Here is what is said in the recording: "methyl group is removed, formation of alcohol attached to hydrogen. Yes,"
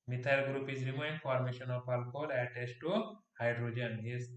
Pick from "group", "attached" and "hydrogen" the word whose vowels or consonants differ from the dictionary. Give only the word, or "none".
attached